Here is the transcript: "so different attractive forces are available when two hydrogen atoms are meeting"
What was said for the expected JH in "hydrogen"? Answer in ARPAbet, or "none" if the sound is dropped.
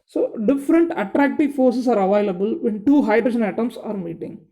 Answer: SH